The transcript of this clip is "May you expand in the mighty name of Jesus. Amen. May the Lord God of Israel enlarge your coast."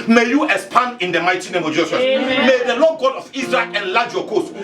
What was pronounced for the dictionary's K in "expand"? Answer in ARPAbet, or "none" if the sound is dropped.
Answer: none